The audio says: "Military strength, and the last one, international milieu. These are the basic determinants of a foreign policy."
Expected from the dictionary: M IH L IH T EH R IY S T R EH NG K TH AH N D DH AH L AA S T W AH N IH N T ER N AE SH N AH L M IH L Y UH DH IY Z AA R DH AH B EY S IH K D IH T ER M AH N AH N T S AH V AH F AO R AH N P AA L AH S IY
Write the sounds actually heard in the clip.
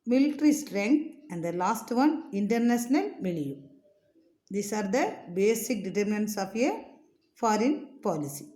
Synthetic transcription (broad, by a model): M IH L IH T R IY S T R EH NG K T AH N D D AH L AA S T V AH N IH N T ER N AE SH N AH L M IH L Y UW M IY S AA R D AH B EY S IH K D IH T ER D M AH N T S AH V AH F AO R AH N P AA L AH S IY